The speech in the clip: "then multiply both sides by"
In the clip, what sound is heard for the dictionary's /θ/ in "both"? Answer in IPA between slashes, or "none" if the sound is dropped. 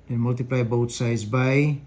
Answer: /t/